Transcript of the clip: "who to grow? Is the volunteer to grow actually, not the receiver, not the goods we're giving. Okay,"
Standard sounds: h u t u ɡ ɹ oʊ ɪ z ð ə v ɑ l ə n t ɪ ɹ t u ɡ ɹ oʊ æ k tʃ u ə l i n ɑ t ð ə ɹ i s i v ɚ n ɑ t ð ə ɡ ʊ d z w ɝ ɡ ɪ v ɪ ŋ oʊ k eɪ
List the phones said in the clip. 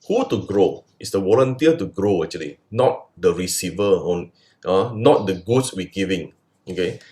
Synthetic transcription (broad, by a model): h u t u ɡ ɹ oʊ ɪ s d ə w ɑ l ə n t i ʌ t u ɡ ɹ oʊ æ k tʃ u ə l i n ɑ t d ə ɹ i s i v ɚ n ɑ t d ə ɡ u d s w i ɡ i v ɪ ŋ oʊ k eɪ